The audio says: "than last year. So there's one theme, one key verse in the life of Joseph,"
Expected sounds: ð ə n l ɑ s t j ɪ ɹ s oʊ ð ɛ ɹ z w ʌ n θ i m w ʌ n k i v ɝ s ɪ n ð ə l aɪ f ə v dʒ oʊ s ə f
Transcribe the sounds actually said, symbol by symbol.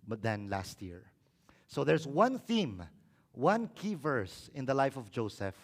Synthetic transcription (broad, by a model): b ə n l ɑ s t j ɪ ɹ s oʊ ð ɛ ɹ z w ʌ n θ i m w ʌ n k i v ɝ s ɪ n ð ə l aɪ f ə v dʒ oʊ s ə f